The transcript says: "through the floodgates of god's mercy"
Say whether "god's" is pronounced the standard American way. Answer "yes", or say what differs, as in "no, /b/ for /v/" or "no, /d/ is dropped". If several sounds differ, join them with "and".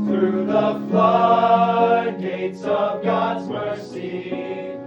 yes